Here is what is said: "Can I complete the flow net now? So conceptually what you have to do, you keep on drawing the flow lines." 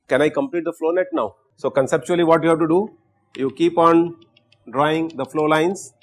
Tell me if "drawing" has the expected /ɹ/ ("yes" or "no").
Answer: yes